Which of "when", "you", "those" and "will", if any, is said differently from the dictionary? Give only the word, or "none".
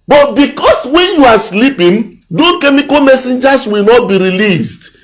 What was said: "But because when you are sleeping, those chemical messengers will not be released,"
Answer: those